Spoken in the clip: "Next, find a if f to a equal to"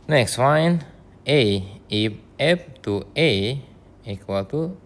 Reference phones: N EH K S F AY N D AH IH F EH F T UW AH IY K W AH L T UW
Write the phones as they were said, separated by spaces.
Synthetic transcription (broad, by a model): N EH K S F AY N AH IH P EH P T UW AH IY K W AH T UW